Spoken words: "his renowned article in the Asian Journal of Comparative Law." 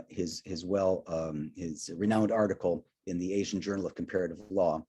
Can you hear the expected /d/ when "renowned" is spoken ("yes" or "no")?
yes